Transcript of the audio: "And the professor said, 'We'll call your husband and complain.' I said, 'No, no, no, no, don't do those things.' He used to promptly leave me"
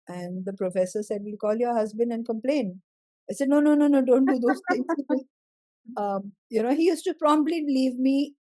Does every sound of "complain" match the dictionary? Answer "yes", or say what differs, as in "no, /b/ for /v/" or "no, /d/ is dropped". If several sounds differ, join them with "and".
yes